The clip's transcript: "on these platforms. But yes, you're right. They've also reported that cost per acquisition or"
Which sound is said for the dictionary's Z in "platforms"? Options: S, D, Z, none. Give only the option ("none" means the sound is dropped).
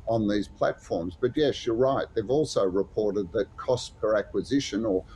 Z